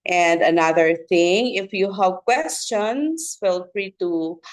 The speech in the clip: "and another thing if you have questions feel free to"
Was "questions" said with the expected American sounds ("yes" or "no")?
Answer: no